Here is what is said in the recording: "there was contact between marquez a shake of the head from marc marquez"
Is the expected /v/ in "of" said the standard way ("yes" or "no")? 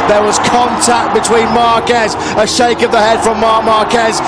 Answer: yes